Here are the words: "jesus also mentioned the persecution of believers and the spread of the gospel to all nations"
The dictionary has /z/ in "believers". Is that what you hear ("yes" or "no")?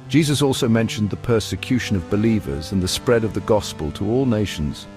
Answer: yes